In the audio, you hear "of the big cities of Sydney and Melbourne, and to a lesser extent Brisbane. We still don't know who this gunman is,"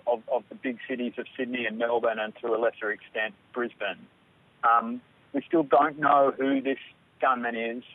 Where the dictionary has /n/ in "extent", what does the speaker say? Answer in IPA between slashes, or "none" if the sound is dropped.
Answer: /n/